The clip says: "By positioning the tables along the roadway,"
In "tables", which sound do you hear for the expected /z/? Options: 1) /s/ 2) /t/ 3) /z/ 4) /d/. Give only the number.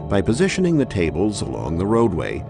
3